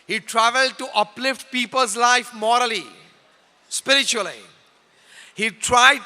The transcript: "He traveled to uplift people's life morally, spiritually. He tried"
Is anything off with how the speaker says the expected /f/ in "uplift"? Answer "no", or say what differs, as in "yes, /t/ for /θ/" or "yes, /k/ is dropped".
no